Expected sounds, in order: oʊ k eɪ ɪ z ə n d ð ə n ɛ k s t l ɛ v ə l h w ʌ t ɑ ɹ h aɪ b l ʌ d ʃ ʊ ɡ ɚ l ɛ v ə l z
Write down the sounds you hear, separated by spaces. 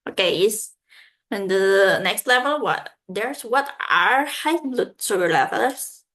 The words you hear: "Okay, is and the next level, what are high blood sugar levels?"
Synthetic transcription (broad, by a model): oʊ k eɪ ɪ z ə n d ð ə n ɛ k s t l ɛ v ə l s w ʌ t ɑ ɹ h aɪ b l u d s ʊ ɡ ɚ l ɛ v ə l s